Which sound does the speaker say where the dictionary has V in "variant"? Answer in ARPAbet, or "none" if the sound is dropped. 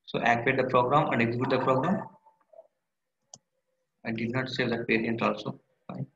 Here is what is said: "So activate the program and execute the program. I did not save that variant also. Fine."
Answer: P